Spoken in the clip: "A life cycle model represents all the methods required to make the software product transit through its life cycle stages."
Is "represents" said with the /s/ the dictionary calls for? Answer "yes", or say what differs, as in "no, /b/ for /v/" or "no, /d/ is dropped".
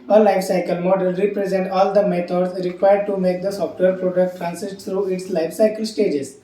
no, /s/ is dropped